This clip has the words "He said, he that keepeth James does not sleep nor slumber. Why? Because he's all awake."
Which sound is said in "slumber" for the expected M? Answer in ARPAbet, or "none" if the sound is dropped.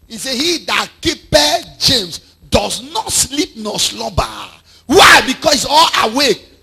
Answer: none